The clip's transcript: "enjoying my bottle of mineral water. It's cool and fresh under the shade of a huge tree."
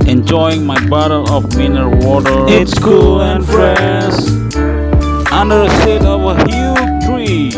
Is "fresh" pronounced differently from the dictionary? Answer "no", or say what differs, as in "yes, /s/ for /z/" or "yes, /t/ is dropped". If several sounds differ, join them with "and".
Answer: yes, /s/ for /ʃ/